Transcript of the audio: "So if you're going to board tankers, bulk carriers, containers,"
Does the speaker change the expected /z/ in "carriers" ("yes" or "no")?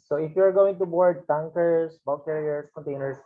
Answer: yes